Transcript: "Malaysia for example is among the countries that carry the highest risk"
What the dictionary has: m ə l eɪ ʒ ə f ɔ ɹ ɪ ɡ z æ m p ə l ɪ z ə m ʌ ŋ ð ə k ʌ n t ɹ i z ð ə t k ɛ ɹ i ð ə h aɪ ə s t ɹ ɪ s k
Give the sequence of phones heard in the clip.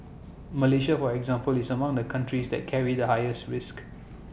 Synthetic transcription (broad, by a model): m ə l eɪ ʃ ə f ɔ ɹ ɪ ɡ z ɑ m p ə l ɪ s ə m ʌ ŋ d ə k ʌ n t ɹ i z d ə t k ɛ ɹ i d ə h aɪ ə s t ɹ ɪ s k